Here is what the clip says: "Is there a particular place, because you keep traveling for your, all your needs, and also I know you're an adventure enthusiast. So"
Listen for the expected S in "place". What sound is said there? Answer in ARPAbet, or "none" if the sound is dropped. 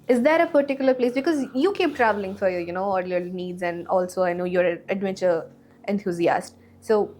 S